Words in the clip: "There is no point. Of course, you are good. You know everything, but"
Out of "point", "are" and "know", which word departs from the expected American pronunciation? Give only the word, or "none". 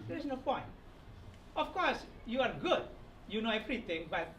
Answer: none